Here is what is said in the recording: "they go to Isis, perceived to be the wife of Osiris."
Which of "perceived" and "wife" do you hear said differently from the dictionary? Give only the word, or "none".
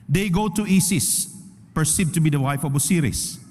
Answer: perceived